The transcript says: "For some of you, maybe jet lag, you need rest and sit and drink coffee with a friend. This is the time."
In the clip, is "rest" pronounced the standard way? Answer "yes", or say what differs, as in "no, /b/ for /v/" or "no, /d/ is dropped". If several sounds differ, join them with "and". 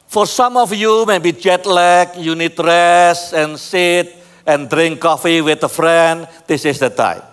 no, /t/ is dropped